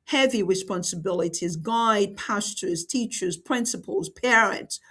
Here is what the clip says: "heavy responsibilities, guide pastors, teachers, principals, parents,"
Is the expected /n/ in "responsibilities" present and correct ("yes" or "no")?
yes